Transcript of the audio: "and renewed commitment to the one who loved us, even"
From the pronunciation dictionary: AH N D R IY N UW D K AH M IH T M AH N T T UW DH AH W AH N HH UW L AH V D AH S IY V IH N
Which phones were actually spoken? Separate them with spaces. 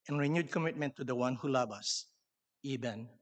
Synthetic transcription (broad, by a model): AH N R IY N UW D K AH M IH T M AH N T T UW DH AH W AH N HH UW L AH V AH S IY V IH N